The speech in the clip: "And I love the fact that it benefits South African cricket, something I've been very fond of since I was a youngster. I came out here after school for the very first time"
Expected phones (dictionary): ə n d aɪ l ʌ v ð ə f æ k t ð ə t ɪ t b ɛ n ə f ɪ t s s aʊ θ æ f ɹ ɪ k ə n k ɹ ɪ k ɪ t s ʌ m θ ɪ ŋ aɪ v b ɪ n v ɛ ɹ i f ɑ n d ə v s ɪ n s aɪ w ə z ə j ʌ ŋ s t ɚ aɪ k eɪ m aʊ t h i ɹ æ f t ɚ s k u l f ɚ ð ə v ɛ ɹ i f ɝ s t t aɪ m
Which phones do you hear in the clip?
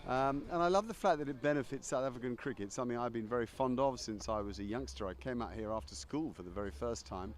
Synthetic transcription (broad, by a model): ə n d aɪ l ʌ v ð ə f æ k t ð ə t ɪ t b ɛ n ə f ɪ t s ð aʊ t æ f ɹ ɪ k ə n k ɹ ɪ k ɪ t s ʌ m θ ɪ ŋ aɪ v b ɪ n v ɛ ɹ i f ɑ n d ə v s ɪ n s aɪ w ə z ə j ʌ ŋ s t ɚ aɪ k eɪ m aʊ t h i ɹ æ f t ɚ s k u l f ɚ ð ə v ɛ ɹ i f ɝ s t t aɪ m